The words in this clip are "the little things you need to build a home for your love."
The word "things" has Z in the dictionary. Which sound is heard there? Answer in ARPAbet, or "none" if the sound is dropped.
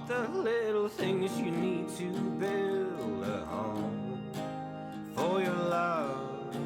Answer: Z